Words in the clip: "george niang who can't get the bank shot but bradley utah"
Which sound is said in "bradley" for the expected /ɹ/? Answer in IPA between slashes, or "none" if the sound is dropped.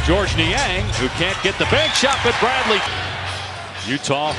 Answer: /ɹ/